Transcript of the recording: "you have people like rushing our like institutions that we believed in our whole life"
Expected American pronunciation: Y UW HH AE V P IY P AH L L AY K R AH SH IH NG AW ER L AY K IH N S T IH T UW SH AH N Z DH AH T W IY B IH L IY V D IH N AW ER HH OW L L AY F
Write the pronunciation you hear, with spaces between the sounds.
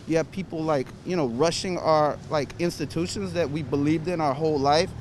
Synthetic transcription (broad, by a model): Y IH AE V P IY P L L AY K R AH SH IH NG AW ER L AY K IH N S T IH T UW SH AH N Z DH AH T W IY B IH L IY V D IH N AW ER HH OW L L AY F